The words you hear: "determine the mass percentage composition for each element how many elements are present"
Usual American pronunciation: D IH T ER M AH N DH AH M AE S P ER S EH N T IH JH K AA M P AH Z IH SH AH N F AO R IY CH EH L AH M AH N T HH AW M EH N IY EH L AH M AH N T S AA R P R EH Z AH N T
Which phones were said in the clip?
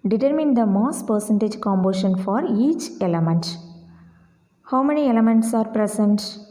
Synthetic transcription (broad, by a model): D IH T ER M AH N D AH M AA S P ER S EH N T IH JH K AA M B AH SH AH N F AO R IY CH EH L AH M AH N T HH AW M EH N IY EH L AH M AH N T S AA R P R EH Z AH N T